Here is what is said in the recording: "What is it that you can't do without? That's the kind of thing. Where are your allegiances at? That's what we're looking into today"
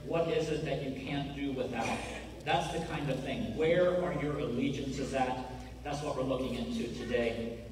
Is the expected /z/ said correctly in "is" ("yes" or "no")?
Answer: yes